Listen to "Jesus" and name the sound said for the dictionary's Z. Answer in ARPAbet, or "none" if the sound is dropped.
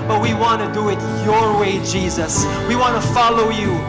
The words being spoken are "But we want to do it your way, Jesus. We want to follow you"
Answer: Z